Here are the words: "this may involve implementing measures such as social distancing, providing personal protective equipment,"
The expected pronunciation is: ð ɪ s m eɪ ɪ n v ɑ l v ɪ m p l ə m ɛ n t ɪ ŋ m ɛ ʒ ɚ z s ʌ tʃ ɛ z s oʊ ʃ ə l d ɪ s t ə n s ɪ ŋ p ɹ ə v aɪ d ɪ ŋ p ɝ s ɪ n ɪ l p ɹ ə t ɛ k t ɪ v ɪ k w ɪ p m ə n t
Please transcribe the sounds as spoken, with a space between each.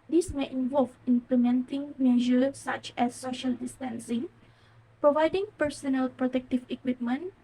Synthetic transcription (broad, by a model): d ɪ s m eɪ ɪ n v ɑ l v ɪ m p l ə m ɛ n t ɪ ŋ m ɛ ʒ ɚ s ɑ tʃ ɛ s oʊ ʃ ə l d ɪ s t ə n s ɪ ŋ p ɹ ə v aɪ d ɪ ŋ p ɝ s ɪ n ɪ l p ɹ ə t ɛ k t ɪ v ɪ k w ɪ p m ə n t